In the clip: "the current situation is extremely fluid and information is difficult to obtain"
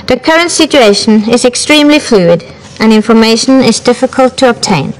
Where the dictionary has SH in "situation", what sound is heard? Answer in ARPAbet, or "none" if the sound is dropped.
SH